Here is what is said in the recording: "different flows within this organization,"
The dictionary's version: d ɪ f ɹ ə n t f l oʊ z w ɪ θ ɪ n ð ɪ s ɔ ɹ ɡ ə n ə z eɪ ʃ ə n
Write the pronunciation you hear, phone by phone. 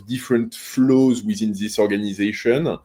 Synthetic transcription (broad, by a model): d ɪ f ɹ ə n t f l oʊ z w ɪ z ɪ n ð ɪ s ɔ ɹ ɡ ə n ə z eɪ ʃ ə n